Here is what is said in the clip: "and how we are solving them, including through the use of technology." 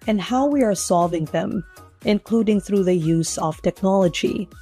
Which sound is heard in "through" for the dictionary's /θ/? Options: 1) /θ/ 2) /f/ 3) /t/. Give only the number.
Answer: 1